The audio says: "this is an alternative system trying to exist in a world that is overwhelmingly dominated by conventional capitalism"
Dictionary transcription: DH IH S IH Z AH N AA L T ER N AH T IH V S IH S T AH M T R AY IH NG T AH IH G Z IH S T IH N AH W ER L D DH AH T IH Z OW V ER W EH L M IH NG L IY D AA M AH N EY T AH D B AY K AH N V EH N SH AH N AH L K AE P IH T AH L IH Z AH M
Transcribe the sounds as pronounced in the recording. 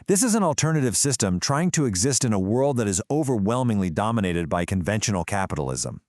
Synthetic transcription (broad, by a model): DH IH S IH Z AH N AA L T ER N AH T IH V S IH S T AH M T R AY IH NG T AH IH G Z IH S T IH N AH W ER L D DH AH T IH Z OW V ER W EH L M IH NG L IY D AA M AH N EY T AH D B AY K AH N V EH N SH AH N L K AE P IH T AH L IH Z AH M